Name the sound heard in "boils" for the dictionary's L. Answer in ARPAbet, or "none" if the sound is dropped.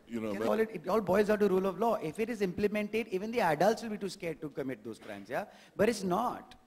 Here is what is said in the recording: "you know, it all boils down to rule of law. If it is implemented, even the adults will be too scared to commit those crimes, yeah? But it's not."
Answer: none